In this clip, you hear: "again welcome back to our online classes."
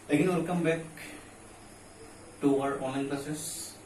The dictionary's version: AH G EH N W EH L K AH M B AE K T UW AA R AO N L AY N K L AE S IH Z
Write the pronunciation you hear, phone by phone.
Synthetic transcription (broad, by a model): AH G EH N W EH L K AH M B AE K T UW AA R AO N AY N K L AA S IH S